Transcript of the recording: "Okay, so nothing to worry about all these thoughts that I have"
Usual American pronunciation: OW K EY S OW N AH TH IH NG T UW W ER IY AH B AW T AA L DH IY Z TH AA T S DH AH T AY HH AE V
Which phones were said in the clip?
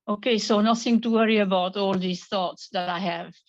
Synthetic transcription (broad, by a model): OW K EY S OW N AH TH IH NG T UW W ER IY AH B AW T AA L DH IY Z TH AA T S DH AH T AY HH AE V